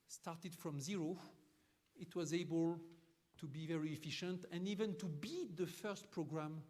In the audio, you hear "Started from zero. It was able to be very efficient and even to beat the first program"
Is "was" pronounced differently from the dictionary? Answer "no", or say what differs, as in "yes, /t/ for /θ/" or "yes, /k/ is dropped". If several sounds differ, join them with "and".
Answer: no